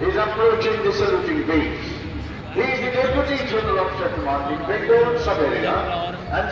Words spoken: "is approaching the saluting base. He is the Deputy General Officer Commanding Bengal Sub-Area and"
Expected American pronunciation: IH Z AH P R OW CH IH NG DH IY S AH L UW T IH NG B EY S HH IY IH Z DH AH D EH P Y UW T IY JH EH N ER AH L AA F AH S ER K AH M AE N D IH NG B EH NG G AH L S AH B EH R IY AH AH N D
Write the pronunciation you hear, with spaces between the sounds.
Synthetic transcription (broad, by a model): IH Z AH P R OW CH IH NG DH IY S AH L UW T IH NG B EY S HH IY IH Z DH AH D EH P Y UW T IY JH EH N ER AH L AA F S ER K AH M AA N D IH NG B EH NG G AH N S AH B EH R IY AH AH N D